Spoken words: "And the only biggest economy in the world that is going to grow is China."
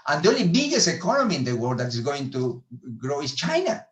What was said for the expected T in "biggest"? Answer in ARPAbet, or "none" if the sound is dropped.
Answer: none